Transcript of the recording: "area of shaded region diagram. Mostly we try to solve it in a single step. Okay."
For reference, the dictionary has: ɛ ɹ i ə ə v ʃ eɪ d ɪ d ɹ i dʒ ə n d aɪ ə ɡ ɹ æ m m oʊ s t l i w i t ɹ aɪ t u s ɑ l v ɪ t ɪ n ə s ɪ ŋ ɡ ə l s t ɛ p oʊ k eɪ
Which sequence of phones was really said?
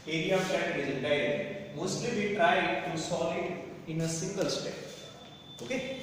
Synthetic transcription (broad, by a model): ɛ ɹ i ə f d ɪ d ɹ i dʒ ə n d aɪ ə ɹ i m m oʊ s t l i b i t ɹ aɪ t u s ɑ l ɪ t ɪ n ə s ɪ ŋ ɡ ə l s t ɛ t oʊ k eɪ